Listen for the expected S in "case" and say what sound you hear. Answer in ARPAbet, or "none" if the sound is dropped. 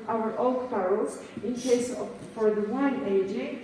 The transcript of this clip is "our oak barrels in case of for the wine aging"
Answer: none